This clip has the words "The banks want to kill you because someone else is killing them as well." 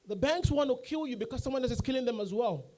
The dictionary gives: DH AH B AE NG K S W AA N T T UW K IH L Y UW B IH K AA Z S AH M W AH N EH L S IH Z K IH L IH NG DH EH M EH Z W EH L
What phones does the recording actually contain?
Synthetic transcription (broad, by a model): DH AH B AE NG K S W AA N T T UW K IH L Y UW B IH K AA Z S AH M W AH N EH S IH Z K IH L IH NG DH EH M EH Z W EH L